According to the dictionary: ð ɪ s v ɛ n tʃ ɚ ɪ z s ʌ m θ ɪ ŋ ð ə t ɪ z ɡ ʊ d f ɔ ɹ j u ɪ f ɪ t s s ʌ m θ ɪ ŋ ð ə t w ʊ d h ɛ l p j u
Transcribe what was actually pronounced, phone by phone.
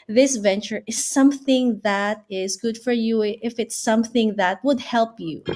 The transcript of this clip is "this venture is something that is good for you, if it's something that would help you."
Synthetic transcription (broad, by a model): ð ɪ s v ɛ n tʃ ɚ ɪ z s ʌ m θ ɪ ŋ ð ə t ɪ z ɡ ʊ d f ɔ ɹ j u ɪ f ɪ t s s ʌ m θ ɪ ŋ ð ə t w ʊ d h ɛ l p j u